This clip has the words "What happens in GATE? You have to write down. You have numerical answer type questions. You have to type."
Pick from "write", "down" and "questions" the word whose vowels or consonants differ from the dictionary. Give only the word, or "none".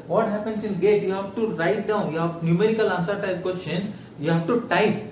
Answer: questions